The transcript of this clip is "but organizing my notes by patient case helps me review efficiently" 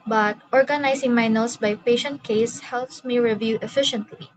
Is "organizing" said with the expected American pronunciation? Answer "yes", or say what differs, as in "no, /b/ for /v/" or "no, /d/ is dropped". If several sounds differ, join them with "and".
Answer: no, /s/ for /z/